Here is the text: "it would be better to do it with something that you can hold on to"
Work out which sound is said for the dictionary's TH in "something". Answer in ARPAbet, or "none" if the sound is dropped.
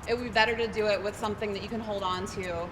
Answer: TH